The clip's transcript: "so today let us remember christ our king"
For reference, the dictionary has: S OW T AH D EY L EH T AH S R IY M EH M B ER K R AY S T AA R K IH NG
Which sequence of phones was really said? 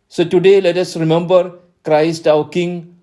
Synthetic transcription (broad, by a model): S OW T AH D EY L EH T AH S R IY M EH M B ER K R AY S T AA W K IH NG